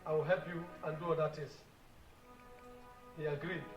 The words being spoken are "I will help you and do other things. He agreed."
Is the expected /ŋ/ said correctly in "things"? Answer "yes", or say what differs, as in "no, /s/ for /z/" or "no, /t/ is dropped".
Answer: no, /ŋ/ is dropped